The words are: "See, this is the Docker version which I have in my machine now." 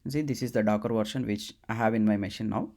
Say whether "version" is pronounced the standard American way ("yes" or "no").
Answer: no